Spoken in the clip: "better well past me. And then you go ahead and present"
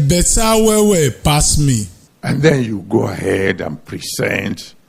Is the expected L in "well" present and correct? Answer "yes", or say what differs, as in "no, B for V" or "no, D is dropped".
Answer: no, W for L